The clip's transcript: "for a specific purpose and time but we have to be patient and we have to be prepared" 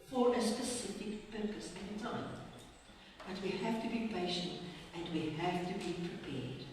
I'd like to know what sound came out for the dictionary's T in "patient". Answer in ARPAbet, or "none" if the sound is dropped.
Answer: T